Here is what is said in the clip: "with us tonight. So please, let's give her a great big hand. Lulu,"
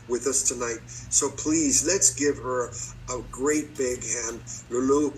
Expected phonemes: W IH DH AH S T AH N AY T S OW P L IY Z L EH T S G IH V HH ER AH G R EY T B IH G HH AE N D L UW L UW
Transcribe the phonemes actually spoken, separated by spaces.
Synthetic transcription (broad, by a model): W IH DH AH S T AH N AY T S OW P L IY Z L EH T S G IH V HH ER AH G R EY T B IH G HH AE N D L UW L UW